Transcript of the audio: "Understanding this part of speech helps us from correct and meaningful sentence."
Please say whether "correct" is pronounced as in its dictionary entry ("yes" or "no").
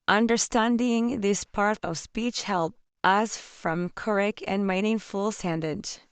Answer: no